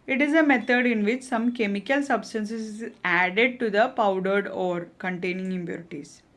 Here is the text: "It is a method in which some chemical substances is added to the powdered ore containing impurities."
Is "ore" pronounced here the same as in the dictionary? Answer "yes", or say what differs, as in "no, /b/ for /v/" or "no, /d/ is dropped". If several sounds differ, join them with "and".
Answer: yes